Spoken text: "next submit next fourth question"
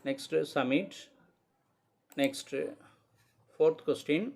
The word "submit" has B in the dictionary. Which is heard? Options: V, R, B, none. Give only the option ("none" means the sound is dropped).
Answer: none